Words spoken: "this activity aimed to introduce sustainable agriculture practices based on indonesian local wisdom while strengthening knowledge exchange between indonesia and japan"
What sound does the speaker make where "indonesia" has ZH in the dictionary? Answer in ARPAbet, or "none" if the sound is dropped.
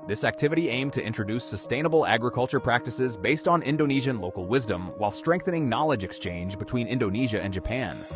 ZH